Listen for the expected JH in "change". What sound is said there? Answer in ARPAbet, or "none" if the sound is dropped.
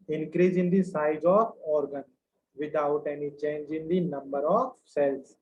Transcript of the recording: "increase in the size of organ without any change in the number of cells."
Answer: JH